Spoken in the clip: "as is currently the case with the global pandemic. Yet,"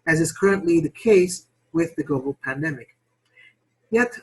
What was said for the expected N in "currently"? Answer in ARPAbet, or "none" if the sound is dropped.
N